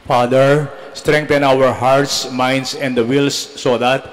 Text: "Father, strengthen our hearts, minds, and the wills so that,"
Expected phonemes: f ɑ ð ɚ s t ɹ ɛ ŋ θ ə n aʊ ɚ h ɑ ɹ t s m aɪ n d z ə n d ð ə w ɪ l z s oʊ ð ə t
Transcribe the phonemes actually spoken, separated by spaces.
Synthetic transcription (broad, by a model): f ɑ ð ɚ s t ɹ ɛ ŋ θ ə n aʊ ɚ h ɑ ɹ t s m aɪ n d s ə n d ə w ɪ l s oʊ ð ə t